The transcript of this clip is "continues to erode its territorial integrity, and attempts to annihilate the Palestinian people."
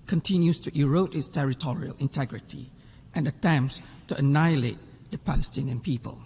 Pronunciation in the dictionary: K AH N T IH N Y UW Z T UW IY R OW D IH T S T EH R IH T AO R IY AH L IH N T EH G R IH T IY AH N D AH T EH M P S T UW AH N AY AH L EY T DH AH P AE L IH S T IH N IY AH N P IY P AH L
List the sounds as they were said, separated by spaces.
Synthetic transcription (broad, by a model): K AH N T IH N Y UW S T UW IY R OW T IH T S T EH R IH T AO R IY AH L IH N T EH G R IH T IY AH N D AH T EH M P S T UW AH N AY AH L EY T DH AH P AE L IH S T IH N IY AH N P IY P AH L